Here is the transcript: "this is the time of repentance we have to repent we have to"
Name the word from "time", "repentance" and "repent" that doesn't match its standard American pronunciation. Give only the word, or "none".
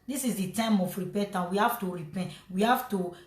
repentance